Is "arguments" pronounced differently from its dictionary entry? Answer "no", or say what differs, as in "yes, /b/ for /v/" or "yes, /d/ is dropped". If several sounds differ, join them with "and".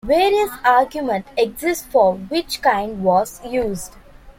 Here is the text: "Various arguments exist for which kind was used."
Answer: yes, /s/ is dropped